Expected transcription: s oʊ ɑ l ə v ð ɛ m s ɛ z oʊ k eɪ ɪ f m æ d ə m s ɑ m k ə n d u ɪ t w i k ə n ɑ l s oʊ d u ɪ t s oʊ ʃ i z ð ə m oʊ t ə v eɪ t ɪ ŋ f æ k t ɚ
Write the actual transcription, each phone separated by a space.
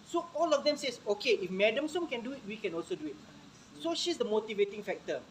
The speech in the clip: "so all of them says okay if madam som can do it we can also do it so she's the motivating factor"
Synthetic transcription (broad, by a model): s oʊ ɑ l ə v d ɛ m s ɛ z oʊ k eɪ ɪ f m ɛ d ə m s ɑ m k ə n d u ɪ t w i k ə n ɑ l s oʊ d u ɪ t s oʊ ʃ i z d ə m oʊ t ə v eɪ t ɪ ŋ f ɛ k t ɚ